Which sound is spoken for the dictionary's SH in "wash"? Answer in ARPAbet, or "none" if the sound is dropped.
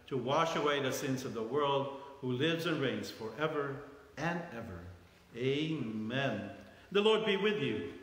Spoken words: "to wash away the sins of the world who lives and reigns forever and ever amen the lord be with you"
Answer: SH